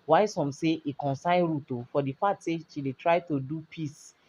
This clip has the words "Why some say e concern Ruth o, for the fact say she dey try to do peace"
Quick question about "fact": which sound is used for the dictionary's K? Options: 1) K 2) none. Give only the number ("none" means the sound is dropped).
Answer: 2